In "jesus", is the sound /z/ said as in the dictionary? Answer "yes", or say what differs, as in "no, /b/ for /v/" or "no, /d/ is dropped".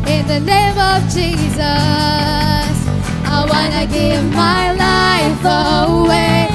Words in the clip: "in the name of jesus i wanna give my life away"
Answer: yes